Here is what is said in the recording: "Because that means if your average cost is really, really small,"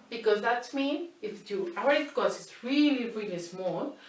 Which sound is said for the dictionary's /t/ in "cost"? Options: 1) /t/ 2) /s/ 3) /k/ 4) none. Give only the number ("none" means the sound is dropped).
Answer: 4